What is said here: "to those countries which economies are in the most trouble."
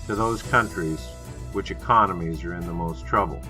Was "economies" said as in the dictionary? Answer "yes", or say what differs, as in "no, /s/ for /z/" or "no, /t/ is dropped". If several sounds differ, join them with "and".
yes